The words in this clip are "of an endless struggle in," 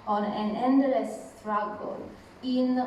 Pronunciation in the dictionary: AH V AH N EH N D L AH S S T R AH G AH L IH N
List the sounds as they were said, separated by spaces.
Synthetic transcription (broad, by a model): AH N AH N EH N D AH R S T R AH G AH L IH N